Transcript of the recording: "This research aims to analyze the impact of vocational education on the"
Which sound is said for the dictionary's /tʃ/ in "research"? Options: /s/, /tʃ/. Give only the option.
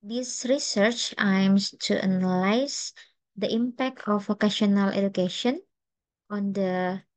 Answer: /tʃ/